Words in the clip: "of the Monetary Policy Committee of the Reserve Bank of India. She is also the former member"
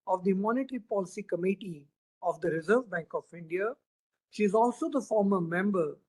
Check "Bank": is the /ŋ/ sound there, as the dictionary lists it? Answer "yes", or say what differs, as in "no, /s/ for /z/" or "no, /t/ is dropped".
yes